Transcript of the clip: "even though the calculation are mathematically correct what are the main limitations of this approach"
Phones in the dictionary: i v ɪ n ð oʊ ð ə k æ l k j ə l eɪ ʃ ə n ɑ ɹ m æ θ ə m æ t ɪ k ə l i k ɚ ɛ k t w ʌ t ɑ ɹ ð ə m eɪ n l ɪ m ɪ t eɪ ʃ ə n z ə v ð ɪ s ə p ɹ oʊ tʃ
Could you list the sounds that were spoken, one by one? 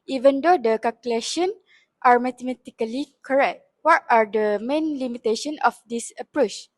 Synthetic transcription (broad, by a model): i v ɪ n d oʊ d ə k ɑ l k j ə l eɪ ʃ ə n ɑ ɹ m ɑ t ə m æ t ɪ k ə l i k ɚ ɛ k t w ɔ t ɑ ɹ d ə m eɪ n l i m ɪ t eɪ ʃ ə n ə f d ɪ s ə p ɹ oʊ tʃ